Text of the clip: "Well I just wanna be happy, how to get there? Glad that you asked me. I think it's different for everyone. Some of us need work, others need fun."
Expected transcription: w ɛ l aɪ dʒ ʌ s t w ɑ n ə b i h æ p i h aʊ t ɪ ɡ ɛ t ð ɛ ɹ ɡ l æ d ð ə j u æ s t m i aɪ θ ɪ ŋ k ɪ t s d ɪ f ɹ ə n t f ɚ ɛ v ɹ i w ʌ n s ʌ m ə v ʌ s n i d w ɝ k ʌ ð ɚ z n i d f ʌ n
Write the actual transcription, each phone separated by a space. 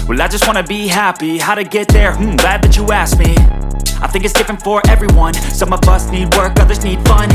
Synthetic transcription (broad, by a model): w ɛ l aɪ dʒ ʌ s t w ɑ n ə b i h æ p i h aʊ t ɪ ɡ ɛ t ð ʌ ɹ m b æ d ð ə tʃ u æ s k m i aɪ θ ɪ ŋ k ɪ t s d ɪ f ɹ ə n t f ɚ ɛ v ɹ i w ʌ n s ʌ m ə v ʌ s n i d w ɝ k ʌ ð ɚ z n i d f ʌ n